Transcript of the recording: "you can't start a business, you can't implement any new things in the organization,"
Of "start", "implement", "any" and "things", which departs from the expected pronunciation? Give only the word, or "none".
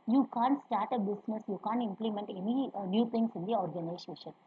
things